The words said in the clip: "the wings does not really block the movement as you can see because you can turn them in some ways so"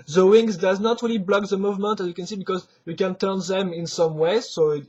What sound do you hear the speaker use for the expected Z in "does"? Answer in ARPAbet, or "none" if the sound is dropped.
Z